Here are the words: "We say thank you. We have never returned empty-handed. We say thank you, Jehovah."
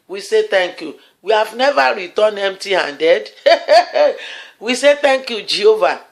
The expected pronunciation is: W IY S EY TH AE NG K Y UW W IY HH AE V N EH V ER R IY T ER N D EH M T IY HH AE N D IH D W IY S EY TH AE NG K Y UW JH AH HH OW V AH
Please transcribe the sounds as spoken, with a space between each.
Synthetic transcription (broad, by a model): W IY S EY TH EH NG K Y UW W IY HH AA V N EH V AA R IY T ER N EH M T IY HH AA N D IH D W IY S EY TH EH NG K Y UW JH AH HH OW V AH